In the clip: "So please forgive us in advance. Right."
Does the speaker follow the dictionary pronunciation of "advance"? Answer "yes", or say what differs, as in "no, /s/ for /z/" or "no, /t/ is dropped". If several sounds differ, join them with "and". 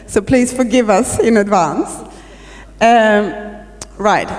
yes